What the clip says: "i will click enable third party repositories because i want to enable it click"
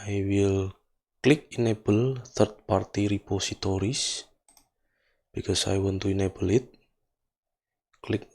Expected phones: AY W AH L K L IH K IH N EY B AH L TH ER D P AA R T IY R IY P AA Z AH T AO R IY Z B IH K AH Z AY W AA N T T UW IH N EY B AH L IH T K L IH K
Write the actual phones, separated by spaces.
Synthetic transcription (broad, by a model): AY W AH L K L IH K IH N EY B AH L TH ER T P AA R T IY R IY P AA S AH T AO R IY S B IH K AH S AY W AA N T T UW IH N EY B AH L IH T K L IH K